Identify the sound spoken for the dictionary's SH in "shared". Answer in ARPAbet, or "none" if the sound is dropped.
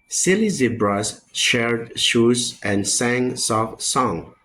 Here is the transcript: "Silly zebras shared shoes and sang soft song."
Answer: SH